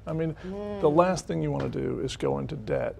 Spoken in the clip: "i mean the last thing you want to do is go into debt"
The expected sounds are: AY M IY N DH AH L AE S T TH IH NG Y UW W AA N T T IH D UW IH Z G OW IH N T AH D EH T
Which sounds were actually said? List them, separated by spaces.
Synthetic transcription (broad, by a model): AY M IY N DH AH L AE S T TH IH NG Y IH W AA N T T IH D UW IH Z G OW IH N T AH D EH T